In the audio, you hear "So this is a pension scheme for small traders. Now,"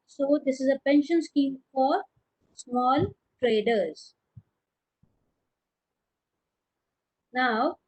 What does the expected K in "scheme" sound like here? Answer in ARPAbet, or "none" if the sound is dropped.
K